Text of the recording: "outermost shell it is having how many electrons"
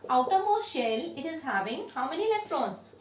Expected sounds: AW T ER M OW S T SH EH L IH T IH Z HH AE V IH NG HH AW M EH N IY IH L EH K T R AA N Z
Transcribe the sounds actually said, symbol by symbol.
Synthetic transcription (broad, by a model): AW T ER M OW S SH EH L IH T IH Z HH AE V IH NG HH AW M EH N IY L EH K T R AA N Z